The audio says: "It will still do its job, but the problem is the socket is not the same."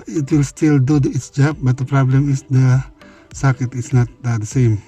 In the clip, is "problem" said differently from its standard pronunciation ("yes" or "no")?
no